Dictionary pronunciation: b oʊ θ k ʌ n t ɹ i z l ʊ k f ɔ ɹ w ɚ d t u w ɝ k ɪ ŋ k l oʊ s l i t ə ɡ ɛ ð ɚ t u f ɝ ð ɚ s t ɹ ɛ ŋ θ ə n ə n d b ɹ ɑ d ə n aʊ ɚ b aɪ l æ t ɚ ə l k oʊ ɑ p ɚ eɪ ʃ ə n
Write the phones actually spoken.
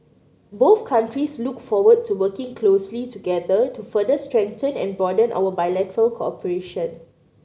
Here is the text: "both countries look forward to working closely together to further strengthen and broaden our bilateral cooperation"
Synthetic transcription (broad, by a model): b oʊ θ k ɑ n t ɹ i s l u k f ɔ w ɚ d t u w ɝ k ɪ ŋ k l oʊ s l i t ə ɡ ɛ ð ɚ t u f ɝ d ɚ s t ɹ ɛ ŋ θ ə n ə n b ɑ d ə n aʊ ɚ b aɪ l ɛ t ɚ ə l k oʊ ɑ p ɚ eɪ ʃ ə n